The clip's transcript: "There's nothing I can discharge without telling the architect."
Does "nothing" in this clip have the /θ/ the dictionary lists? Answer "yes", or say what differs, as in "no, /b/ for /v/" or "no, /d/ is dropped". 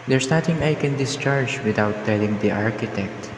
no, /t/ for /θ/